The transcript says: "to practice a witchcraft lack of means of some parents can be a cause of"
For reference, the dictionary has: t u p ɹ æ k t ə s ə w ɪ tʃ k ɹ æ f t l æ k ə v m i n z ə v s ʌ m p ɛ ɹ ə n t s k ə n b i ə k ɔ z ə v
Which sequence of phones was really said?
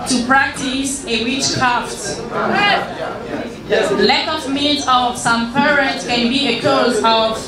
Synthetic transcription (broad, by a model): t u p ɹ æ k t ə s ə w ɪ tʃ k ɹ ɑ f t l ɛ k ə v m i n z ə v s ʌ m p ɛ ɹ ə t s k ə n b i ə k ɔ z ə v